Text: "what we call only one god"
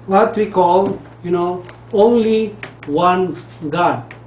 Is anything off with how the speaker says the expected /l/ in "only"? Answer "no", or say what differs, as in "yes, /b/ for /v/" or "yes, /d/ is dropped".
no